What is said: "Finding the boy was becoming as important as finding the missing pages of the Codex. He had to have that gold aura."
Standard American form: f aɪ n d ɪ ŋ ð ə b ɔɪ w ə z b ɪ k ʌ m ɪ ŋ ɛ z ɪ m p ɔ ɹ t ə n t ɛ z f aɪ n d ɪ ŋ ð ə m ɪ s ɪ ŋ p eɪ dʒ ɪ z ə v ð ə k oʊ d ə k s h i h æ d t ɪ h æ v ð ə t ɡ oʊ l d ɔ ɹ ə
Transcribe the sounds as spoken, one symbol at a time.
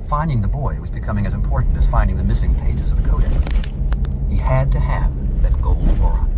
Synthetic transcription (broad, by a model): f aɪ n d ɪ ŋ ð ə b ɔɪ w ə z b ɪ k ʌ m ɪ ŋ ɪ z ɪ m p ɔ ɹ t n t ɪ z f aɪ n d ɪ ŋ ð ə m ɪ s ɪ ŋ p eɪ dʒ ɪ z ə v ð ə k oʊ d ə k s h i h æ d t ɪ h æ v ð ə t ɡ oʊ l d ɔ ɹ